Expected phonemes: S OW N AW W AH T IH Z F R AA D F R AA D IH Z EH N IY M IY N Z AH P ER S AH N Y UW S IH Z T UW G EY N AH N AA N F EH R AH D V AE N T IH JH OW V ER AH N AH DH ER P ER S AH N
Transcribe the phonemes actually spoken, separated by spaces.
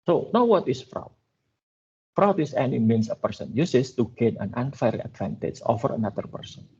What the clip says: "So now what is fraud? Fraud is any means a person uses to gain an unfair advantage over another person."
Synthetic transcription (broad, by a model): S OW N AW W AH T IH S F R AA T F R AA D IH S EH N IY M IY N S AH P ER S AH N Y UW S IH S T UW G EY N AH N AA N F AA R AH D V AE N T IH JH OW F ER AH N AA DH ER P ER S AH N